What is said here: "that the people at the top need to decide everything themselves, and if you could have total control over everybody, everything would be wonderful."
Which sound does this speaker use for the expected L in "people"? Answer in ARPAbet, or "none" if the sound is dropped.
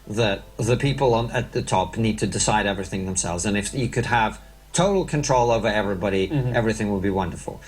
N